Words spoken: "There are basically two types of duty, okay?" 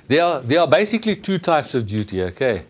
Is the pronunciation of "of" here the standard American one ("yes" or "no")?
yes